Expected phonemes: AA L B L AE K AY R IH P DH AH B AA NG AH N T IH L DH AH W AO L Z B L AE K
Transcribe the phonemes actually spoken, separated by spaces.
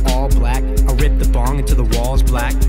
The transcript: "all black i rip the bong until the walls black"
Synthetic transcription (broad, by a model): AA L B L AE K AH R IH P DH AH B AA NG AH N T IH DH AH W AO L Z B L AE K